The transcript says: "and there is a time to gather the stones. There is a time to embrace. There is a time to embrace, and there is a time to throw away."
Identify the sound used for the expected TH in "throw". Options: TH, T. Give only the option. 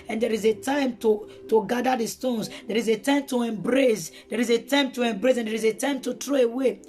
T